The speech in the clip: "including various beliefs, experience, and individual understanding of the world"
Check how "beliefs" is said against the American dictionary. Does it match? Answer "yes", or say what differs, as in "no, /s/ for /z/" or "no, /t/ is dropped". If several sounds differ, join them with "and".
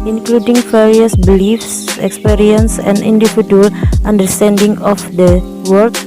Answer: yes